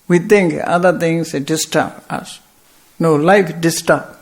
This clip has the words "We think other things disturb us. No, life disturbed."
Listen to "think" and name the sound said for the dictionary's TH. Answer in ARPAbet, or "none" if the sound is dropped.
T